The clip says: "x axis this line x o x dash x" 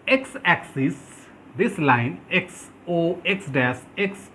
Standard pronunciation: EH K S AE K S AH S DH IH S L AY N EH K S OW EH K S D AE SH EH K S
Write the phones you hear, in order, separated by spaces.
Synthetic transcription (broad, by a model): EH K S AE K S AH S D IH S L AY N EH K S OW EH K S D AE S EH K S